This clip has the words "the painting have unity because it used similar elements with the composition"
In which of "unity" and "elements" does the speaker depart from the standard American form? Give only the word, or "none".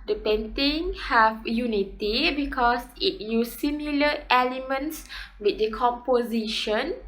none